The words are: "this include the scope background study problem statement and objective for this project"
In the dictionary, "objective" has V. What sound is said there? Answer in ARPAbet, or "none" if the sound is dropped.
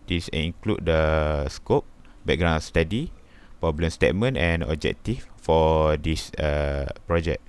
F